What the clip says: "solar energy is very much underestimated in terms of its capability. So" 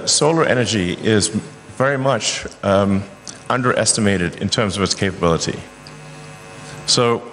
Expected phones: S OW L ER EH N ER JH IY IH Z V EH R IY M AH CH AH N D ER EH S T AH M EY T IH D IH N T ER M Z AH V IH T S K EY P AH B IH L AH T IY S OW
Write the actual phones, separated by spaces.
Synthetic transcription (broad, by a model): S OW L ER EH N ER JH IY IH Z V EH R IY M AH CH AH N D ER EH S T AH M EY T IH D IH N T ER M Z AH V IH T S K EY P AH B IH L AH T IY S OW